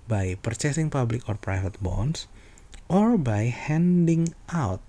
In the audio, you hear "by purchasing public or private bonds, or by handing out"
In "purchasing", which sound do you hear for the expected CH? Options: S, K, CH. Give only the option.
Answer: CH